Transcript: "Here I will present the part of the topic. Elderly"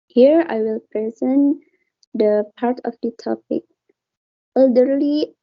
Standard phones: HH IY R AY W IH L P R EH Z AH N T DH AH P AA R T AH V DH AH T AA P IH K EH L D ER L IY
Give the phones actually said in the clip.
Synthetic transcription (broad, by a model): HH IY R AY W IH L P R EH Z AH N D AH P AA R T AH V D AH T AA P IH K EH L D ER L IY